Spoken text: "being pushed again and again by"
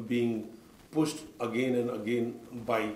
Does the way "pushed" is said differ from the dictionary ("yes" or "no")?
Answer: yes